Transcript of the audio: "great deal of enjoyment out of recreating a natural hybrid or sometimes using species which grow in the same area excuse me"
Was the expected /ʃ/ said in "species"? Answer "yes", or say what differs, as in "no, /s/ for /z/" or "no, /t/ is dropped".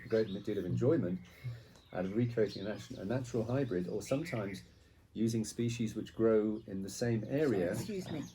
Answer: yes